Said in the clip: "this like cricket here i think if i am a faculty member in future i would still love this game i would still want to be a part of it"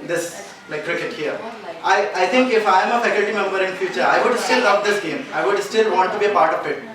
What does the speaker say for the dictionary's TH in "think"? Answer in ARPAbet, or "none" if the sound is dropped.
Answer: T